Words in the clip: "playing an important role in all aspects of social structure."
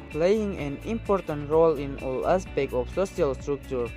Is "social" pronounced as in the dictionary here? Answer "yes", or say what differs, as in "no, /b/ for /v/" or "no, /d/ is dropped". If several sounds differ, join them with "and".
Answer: no, /ʃ/ is dropped